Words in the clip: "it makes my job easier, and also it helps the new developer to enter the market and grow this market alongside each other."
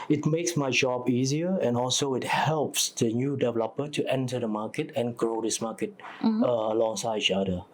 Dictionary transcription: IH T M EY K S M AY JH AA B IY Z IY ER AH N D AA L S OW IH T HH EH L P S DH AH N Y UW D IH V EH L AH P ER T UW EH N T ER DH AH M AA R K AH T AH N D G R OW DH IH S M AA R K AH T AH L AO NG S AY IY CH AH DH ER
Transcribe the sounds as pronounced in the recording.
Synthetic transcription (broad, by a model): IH T M EY K S M AY JH AA B IY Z IY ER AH N AA L S OW IH T HH EH L P S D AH N Y UW D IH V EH L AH P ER T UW EH N T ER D AH M AA K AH T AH N G R OW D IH S M AA K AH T AH L AO NG S AY IY CH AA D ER